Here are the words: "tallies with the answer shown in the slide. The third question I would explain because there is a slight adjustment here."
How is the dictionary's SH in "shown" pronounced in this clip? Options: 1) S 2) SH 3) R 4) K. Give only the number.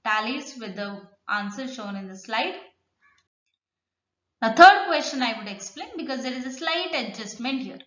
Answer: 2